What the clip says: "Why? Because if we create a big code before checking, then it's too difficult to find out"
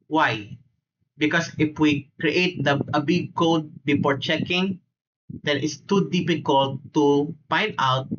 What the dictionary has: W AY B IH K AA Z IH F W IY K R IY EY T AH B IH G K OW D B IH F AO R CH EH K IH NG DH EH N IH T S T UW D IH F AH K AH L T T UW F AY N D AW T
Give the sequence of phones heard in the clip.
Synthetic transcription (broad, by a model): W AY B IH K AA S IH F W IY K R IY EY T AH B IH G K OW D B IH F AO R CH EH K IH NG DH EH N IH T S T UW D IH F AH K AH L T T UW P AY N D AW T